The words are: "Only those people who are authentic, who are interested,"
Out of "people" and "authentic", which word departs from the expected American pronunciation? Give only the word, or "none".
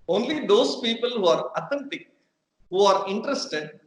authentic